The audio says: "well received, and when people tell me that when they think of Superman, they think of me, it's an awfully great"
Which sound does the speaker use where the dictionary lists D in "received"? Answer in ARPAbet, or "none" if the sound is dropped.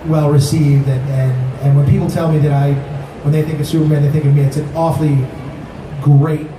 D